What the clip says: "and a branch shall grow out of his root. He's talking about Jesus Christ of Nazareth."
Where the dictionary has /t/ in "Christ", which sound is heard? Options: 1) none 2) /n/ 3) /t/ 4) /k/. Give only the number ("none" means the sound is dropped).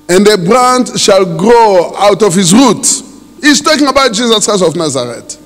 1